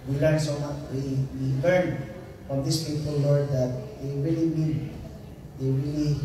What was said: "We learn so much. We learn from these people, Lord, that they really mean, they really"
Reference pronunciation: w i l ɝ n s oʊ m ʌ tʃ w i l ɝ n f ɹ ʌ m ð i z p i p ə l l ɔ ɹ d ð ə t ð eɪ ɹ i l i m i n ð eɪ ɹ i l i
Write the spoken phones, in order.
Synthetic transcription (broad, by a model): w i l ɝ n s oʊ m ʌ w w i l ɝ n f ɹ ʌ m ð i s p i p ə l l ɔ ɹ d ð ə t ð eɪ ɹ i l i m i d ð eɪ ɹ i l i